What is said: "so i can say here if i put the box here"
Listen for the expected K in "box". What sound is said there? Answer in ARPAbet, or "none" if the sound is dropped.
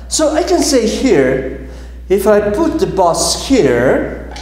none